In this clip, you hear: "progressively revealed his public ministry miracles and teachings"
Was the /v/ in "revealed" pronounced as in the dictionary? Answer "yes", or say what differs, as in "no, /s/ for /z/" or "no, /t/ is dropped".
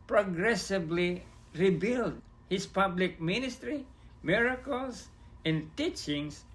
no, /b/ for /v/